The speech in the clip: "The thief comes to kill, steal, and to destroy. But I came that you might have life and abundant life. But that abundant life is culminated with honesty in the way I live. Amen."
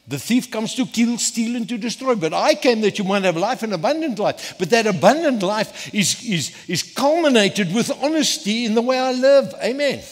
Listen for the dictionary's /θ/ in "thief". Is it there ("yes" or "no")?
yes